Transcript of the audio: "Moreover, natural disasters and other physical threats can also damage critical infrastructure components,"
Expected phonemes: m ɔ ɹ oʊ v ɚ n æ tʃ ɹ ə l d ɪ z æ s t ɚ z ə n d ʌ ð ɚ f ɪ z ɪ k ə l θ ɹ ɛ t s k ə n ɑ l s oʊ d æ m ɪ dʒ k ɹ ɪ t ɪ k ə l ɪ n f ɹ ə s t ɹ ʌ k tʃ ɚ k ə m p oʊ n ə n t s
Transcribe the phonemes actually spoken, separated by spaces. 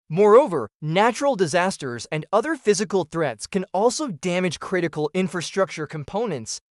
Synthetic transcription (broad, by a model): m ɔ ɹ oʊ v ɚ n æ tʃ ɹ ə l d ɪ z æ s t ɚ z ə n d ʌ ð ɚ f ɪ z ɪ k ə l θ ɹ ɛ t s k ə n ɑ l s oʊ d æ m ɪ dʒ k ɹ ɪ t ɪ k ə l ɪ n f ɹ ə s t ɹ ʌ k tʃ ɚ k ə m p oʊ n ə n t s